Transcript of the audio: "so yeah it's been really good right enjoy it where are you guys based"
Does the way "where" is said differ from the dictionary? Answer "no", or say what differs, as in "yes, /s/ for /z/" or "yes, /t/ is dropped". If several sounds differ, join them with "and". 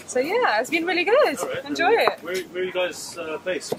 yes, /w/ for /ɹ/